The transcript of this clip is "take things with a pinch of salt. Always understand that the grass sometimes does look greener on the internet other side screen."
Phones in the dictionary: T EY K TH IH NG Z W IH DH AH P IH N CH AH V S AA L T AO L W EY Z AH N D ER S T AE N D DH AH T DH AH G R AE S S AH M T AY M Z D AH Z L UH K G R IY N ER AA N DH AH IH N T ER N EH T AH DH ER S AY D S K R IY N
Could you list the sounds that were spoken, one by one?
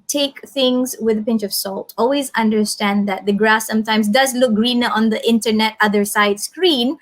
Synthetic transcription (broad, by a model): T EY K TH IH NG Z W IH DH AH P IH N CH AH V S AA L T AO L W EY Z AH N D ER S T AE N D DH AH T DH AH G R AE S S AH M T AY M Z D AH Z L UH K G R IY N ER AA N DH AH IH N T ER N EH T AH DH ER S AY D S K R IY N